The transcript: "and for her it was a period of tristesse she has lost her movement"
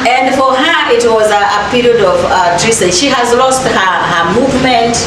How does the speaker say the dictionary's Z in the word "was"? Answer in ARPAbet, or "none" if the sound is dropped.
Z